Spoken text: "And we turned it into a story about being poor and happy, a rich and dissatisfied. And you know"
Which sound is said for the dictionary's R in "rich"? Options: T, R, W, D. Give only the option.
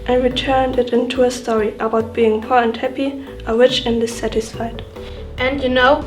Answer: W